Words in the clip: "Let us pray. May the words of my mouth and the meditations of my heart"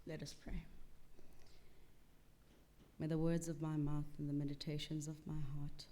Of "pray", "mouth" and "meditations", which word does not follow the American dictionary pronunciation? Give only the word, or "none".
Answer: none